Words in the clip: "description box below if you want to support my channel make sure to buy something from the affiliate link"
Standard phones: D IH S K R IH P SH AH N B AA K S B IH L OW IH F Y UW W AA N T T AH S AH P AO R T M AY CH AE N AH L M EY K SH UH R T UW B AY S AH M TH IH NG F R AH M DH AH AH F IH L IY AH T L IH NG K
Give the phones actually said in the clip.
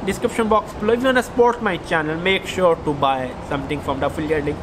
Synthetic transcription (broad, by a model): D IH S K R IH P SH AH N B AA K S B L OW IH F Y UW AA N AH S P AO R T M AY CH AE N AH L M EY K SH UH R T UW B AY S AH M T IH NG F R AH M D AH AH F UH L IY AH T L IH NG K